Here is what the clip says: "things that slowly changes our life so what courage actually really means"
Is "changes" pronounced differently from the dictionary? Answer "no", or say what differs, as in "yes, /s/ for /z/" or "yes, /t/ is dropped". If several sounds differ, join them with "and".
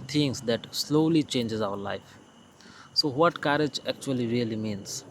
no